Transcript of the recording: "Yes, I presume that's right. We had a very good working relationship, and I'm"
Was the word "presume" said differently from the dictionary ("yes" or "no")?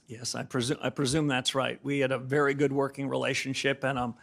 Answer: no